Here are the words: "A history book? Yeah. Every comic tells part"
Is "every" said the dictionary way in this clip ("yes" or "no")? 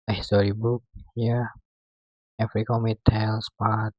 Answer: no